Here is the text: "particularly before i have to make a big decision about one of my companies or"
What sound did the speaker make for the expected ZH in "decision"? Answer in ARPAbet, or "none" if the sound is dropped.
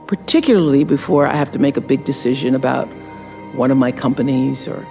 ZH